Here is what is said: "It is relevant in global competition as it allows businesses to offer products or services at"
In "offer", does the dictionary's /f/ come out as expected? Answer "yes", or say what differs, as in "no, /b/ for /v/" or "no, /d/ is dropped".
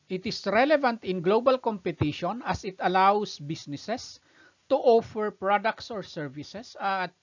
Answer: yes